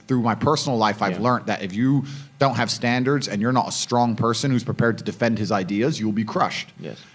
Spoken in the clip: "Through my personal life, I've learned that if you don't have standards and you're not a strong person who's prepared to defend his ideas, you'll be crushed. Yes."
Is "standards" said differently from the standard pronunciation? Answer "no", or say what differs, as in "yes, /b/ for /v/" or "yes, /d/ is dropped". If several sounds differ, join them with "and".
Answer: no